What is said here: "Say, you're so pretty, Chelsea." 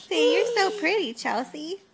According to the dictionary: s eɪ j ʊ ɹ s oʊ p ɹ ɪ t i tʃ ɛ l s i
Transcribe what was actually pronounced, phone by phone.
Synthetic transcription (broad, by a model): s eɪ j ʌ ɹ s oʊ p ɹ ɪ t i tʃ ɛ l s i